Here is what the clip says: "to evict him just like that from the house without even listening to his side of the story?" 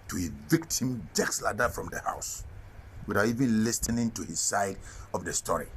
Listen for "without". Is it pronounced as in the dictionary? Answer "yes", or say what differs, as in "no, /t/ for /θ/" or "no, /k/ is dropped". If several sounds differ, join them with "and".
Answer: no, /t/ is dropped